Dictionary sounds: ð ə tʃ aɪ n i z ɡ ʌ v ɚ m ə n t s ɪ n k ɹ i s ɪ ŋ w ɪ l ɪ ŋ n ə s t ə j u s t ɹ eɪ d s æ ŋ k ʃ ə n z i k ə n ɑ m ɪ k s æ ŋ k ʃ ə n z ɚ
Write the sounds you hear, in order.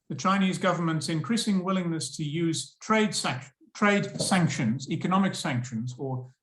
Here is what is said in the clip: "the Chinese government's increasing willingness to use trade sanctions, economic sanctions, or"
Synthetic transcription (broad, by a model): ð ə tʃ aɪ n i z ɡ ʌ v ɚ m ə n t s ɪ n k ɹ i s ɪ ŋ w ɪ l ɪ ŋ n ə s t ə j u s t ɹ eɪ d s æ ŋ k ʃ ə n z i k ə n ɑ m ɪ k s æ ŋ k ʃ ə n z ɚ